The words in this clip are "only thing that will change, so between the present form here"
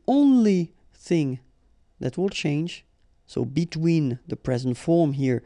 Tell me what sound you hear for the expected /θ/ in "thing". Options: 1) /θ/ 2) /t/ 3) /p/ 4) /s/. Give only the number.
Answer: 1